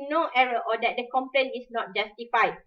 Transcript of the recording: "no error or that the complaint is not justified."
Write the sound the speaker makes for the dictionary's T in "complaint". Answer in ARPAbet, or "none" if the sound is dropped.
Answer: none